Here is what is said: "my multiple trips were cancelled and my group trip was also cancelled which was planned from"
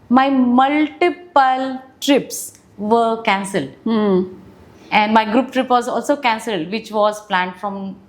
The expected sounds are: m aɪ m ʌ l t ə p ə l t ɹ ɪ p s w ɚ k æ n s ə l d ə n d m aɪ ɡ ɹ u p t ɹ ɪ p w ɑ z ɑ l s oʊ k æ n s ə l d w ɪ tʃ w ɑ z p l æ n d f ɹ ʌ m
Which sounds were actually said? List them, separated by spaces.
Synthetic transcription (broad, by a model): m aɪ m ʌ l t ə p ə l t ɹ ɪ p s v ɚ k æ n s ə l d ə n d m aɪ ɡ ɹ u p t ɹ ɪ p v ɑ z ɑ l s oʊ k æ n s ə l d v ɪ tʃ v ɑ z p l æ n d f ɹ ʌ m